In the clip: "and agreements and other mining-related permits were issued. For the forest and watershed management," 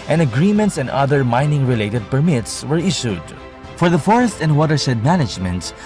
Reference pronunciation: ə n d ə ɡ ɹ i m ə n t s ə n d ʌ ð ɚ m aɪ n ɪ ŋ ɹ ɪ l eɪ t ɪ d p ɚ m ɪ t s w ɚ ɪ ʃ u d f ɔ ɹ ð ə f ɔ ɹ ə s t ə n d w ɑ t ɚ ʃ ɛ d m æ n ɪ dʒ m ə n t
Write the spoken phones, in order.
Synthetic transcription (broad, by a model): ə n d ə ɡ ɹ i m ə n t s ə n d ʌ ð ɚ m aɪ n ɪ ŋ ɹ ɪ l eɪ t ɪ d p ɚ m ɪ t s w ɚ ɪ ʃ u d f ɔ ɹ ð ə f ɔ ɹ ə s t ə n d w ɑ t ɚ s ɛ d m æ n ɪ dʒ m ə n t